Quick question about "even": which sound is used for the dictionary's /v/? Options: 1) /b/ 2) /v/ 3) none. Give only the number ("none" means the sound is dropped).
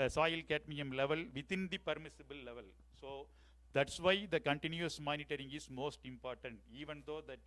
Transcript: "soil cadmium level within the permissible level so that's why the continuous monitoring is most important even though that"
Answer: 2